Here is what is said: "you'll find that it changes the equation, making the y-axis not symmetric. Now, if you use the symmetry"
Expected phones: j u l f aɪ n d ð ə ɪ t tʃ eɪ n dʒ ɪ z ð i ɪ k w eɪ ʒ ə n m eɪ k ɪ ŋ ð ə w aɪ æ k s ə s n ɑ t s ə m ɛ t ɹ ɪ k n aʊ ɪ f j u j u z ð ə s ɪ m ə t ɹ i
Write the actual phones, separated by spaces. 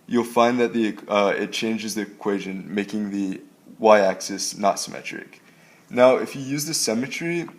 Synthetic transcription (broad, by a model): j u l f aɪ n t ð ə ɪ t tʃ eɪ n dʒ ɪ z ð i ɪ k w eɪ ʒ ə n m eɪ k ɪ ŋ ð ə w aɪ æ k s ə s n ɑ t s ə m ɛ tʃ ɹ ɪ k n aʊ ɪ f j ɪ j u z ð ə s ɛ m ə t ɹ i